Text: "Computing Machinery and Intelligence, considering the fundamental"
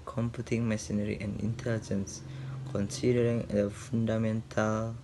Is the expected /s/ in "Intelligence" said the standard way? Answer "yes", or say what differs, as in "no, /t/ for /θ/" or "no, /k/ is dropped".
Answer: yes